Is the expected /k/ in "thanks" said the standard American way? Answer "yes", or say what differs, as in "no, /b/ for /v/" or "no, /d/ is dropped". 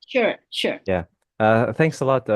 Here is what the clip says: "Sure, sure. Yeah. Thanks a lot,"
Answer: yes